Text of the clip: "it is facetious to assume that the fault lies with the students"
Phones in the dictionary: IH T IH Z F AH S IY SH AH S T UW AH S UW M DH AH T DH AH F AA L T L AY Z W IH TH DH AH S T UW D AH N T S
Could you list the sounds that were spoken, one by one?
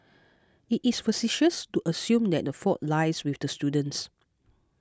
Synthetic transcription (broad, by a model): IH T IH S F AH S IY SH AH S T UW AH S UW M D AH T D AH F AA T L AY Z W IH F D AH S T UW D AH N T S